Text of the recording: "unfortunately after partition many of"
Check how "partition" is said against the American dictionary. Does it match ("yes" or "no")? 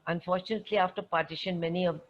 yes